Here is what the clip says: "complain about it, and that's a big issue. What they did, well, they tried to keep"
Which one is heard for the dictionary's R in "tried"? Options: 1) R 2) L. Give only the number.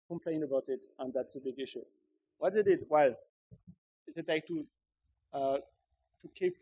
2